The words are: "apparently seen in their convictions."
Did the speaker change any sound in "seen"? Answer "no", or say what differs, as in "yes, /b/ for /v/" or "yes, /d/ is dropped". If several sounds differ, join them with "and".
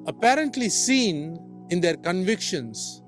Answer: no